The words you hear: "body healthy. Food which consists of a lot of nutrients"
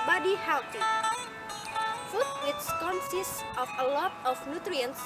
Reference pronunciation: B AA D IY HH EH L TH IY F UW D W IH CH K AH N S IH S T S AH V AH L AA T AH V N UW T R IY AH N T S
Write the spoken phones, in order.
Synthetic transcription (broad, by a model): B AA D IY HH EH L T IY F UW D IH S K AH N S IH S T AH F AH L AA T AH F N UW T R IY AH N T S